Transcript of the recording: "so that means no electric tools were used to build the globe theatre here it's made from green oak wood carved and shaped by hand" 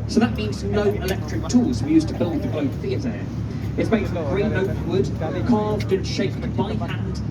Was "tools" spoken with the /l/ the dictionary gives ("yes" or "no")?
no